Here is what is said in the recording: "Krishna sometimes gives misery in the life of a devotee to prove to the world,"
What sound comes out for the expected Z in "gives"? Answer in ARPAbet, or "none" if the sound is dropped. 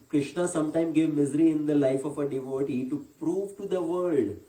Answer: none